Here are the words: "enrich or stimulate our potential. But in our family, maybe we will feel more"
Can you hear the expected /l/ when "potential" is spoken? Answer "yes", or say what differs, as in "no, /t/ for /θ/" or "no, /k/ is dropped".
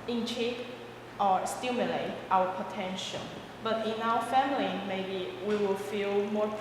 no, /n/ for /l/